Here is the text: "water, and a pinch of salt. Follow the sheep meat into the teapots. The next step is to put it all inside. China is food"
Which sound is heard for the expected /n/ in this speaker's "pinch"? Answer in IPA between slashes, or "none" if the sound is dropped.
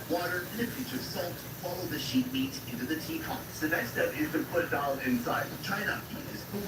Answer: none